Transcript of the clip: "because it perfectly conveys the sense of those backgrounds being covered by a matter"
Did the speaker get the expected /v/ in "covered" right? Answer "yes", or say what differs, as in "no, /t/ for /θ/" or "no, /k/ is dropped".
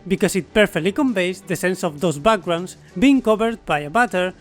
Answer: no, /b/ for /v/